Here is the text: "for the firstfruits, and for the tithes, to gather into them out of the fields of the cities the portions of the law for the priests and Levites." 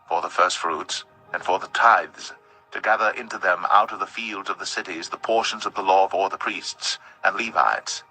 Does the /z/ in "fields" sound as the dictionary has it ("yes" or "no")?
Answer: yes